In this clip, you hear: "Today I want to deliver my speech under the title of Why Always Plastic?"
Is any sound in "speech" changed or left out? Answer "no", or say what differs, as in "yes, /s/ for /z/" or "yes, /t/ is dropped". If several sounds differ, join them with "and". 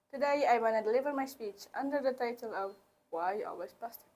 no